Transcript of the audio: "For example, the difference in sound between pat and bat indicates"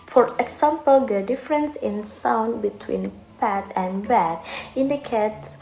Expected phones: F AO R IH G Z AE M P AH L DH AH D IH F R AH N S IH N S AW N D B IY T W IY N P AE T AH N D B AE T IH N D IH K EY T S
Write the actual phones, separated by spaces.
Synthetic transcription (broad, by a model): F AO R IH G S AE M P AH L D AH D IH F R AH N S IH N S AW N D B IY T W IY N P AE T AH N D B AE T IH N D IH K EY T